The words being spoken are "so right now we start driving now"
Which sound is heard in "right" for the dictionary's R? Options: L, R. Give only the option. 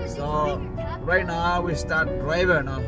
R